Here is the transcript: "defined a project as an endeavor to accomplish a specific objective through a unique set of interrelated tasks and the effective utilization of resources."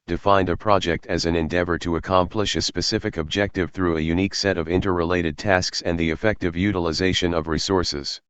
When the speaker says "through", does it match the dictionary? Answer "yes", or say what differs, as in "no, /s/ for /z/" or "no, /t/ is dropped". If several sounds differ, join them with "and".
yes